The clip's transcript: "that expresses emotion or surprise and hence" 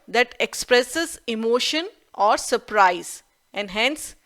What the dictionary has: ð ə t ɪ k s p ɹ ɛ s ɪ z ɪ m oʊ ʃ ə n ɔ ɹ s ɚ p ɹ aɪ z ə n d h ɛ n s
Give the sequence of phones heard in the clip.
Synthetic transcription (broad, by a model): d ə t ɪ k s p ɹ ɛ s ɪ z ɪ m oʊ ʃ ə n ɔ ɹ s ɚ p ɹ aɪ z ə n d h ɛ n s